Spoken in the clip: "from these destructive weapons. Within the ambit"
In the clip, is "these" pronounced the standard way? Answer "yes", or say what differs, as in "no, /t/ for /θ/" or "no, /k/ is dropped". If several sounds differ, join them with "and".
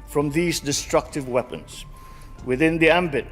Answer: yes